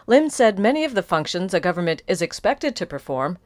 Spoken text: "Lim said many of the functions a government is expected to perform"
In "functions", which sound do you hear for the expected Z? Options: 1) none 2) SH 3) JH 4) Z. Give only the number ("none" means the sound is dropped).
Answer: 4